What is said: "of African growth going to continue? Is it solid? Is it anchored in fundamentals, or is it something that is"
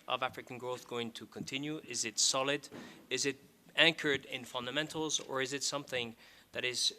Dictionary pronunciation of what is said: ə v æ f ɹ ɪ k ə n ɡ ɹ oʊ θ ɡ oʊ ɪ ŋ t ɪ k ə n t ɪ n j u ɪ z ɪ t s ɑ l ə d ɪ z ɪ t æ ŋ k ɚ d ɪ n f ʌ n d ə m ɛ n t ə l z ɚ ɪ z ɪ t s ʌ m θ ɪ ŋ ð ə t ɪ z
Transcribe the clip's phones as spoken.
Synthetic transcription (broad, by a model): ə v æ f ɹ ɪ k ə n ɡ ɹ oʊ θ ɡ oʊ ɪ ŋ t ɪ k ə n t ɪ n j u ɪ z ɪ t s ɑ l ə d ɪ z ɪ t æ ŋ k ɚ d ɪ n f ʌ n d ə m ɛ n t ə l z ɚ ɪ z ɪ t s ʌ m θ ɪ ŋ ð ə t ɪ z